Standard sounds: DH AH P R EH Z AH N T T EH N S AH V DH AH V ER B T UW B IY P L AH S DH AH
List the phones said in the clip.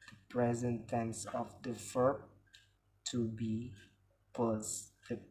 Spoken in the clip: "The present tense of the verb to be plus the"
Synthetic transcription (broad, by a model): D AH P R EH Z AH N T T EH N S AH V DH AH F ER T UW B IY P AH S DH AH